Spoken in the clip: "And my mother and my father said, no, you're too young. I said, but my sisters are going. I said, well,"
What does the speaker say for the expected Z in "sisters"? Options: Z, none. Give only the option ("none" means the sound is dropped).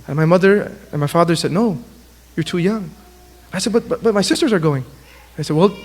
Z